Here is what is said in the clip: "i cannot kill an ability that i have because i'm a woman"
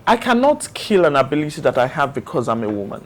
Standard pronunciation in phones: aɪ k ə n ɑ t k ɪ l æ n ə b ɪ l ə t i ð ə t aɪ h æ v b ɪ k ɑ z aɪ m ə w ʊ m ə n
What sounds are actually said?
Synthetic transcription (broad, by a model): aɪ k ə n ɑ t k ɪ l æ n ə b ɪ l ə t i ð ə t aɪ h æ v b ɪ k ɑ z aɪ m ə w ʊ m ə n